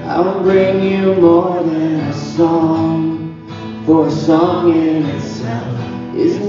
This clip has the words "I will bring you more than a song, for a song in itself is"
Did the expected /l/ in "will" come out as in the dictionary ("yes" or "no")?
no